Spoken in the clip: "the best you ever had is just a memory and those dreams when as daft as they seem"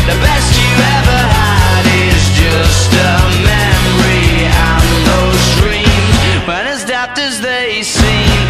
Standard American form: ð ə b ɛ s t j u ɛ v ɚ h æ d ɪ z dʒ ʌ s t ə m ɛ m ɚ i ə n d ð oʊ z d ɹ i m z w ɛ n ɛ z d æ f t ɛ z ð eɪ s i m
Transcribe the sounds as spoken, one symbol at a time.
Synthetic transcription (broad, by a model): ð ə b ɛ s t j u ɛ v ɚ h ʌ d ɪ z dʒ ʌ s t ə m ɛ m ɚ i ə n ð oʊ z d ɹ i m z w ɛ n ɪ z d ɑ p t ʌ z ð eɪ s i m